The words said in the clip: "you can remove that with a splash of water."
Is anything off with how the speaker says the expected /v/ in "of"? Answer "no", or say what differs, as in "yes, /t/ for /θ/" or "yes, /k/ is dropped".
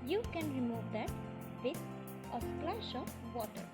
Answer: yes, /p/ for /v/